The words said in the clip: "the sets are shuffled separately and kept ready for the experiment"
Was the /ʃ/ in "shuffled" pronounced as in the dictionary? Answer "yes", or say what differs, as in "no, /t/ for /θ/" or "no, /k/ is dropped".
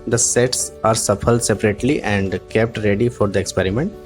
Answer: no, /s/ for /ʃ/